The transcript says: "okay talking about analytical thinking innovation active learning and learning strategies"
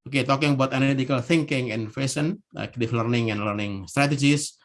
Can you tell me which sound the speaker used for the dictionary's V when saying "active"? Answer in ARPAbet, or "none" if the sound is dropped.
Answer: F